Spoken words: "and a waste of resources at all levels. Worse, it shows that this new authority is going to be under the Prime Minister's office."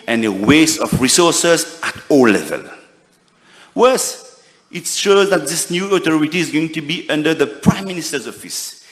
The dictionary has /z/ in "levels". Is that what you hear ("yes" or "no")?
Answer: no